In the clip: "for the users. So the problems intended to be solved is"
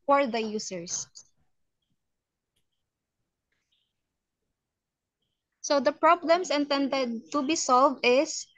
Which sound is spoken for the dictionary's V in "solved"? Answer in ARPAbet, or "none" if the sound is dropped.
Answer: V